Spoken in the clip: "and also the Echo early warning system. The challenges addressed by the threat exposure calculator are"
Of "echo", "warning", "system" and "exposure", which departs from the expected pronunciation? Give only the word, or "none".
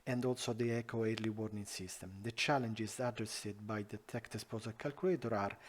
exposure